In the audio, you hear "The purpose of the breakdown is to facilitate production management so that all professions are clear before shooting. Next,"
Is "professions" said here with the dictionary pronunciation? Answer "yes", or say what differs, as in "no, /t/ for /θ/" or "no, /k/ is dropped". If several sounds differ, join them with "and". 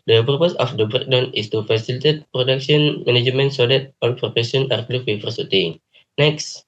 no, /p/ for /f/ and /z/ is dropped